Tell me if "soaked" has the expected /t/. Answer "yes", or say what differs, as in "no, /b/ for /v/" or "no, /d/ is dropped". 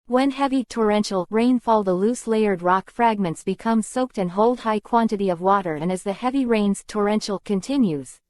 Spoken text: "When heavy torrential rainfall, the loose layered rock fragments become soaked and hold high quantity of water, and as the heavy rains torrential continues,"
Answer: yes